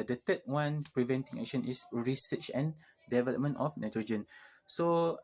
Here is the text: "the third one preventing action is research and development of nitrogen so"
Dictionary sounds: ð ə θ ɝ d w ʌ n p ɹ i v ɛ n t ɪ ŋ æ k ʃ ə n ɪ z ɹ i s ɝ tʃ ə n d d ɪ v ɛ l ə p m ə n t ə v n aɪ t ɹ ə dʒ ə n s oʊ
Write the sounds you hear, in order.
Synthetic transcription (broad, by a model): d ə t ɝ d w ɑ n p ɹ i v ɛ n t ɪ ŋ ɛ k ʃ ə n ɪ s ɹ i s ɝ tʃ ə n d d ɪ v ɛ l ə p m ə n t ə f n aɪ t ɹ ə dʒ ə n s oʊ